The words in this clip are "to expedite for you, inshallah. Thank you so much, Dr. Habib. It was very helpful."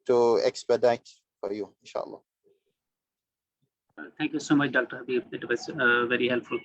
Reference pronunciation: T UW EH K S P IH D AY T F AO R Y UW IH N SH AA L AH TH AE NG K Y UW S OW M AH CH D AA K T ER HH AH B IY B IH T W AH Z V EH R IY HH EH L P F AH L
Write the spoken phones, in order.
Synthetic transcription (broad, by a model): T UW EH K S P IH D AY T F AO R Y UW IH N SH AA L AH T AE NG K Y UW S OW M AH CH D AA K T ER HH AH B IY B IH T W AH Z V EH R IY HH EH L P F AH L